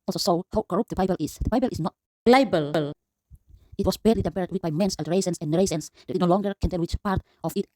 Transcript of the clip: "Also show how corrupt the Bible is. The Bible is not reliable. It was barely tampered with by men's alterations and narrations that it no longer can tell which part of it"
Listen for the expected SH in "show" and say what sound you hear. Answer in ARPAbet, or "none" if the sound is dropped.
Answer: S